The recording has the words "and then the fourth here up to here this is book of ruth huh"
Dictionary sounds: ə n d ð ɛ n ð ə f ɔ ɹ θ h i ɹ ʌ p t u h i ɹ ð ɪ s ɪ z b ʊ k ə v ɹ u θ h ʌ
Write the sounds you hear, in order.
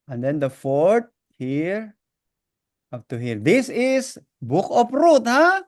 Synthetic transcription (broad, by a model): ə n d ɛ n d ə f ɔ ɹ t h i ɹ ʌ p t u h i ɹ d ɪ s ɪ s b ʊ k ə p ɹ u t h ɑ